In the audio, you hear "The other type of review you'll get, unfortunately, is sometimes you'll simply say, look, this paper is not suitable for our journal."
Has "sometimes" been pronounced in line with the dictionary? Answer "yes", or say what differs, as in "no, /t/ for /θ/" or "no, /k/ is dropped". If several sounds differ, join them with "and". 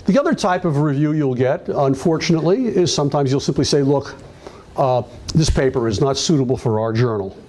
yes